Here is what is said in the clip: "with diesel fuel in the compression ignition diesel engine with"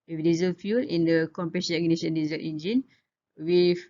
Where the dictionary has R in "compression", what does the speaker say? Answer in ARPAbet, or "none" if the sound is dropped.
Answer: none